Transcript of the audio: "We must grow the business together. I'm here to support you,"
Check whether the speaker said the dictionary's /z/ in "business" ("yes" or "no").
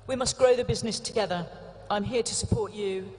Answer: yes